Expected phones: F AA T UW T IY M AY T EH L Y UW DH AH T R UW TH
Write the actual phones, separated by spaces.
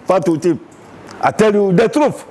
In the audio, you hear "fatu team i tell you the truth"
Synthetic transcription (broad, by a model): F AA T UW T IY AY T EH L Y UW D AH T R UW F